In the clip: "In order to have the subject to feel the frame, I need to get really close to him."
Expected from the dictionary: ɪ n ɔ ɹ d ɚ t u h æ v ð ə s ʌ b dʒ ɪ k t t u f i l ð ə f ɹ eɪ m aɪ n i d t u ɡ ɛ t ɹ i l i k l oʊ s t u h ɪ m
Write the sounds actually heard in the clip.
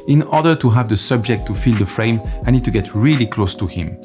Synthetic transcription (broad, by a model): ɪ n ɔ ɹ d ɚ t u h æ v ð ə s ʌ b dʒ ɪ k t t u f i l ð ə f ɹ eɪ m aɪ n i d t u ɡ ɛ t ɹ i l i k l oʊ s t u h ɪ m